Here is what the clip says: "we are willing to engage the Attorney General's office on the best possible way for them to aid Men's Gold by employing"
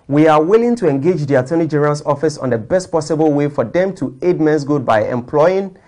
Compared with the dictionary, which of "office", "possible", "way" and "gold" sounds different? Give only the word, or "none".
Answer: gold